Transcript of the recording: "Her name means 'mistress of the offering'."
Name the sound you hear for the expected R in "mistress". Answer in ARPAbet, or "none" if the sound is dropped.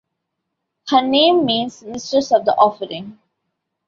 none